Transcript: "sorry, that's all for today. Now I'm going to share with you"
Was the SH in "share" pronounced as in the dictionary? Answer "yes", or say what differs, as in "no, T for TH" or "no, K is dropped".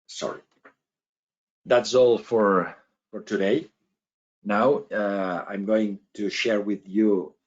yes